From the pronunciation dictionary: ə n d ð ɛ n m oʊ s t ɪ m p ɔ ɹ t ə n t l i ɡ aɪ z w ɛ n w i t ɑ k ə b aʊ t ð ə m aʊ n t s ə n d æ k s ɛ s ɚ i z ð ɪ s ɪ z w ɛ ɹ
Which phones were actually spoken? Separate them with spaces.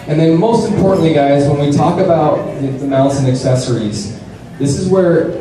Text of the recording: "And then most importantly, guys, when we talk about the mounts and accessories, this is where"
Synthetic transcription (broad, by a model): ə n ð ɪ n m oʊ s t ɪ m p ɔ ɹ t n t l i ɡ aɪ z w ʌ n w i t ɑ k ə b aʊ t ð ə m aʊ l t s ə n æ k s ɛ s ɚ i z ð ɪ s ɪ z w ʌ ɹ